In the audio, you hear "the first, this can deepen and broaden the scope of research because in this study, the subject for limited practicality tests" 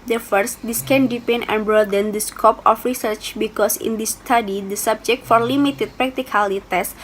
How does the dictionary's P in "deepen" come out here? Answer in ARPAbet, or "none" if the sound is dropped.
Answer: P